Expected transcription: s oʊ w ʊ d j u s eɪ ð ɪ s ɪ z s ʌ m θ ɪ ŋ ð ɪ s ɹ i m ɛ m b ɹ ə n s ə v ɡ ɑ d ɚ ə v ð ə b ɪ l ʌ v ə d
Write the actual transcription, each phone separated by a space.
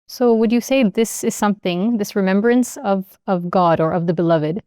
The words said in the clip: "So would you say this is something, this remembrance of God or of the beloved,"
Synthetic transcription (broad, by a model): s oʊ w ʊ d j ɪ s eɪ ð ɪ s ɪ z s ʌ m θ ɪ ŋ ð ɪ s ɹ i m ɛ m b ɹ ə n s ə v ɡ ɑ d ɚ ə v ð ə b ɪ l ʌ v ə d